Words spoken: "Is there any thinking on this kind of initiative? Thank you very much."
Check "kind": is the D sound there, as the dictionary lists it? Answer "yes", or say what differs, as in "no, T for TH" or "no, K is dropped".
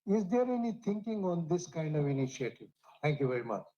yes